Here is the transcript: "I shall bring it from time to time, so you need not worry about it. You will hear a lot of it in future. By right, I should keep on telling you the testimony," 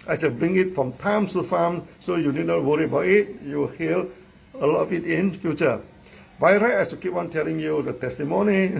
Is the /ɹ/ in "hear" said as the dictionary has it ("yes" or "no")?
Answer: no